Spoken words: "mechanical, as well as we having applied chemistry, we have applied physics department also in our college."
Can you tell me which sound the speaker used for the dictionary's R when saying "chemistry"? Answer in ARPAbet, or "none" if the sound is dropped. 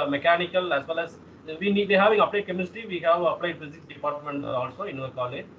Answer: none